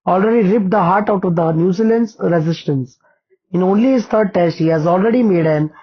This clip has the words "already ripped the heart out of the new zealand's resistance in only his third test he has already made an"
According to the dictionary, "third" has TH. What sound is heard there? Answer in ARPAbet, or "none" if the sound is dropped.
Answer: T